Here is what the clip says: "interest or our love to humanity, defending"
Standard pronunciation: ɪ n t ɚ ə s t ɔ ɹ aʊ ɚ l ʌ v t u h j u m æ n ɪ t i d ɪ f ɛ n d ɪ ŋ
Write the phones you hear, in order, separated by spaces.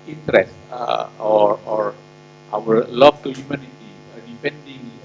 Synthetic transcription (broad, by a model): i n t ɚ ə s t ɔ ɹ aʊ ɚ l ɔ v t u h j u m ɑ n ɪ t i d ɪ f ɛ n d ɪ ŋ